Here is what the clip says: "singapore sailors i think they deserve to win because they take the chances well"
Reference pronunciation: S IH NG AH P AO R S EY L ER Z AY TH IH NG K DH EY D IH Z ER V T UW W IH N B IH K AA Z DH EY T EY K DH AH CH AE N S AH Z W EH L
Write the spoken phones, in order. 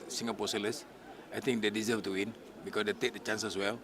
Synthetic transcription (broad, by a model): S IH NG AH P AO S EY L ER S AY T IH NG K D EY D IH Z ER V T UW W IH N B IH K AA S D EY T EY K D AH CH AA N S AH S W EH L